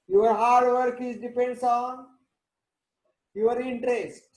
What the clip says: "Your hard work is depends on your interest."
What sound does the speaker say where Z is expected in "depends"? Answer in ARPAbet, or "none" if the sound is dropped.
S